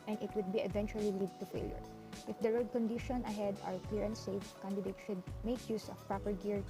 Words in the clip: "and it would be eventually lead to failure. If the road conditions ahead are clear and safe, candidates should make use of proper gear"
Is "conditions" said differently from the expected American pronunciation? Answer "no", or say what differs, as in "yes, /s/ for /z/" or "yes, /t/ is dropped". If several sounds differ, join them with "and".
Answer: yes, /z/ is dropped